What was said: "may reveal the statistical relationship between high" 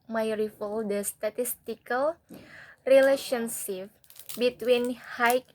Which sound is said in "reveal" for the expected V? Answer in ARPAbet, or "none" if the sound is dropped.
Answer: F